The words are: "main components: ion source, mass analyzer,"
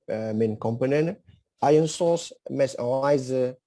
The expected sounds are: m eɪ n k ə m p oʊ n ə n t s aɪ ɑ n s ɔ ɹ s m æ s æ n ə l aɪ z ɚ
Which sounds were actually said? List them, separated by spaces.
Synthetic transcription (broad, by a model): m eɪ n k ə m p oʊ n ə n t aɪ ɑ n s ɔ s m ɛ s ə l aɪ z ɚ